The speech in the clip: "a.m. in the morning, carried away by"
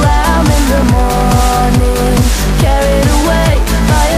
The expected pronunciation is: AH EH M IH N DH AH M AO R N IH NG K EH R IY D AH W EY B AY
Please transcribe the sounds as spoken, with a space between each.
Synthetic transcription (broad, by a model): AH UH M IH N DH AH M AO N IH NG K EH R IY D AH W EY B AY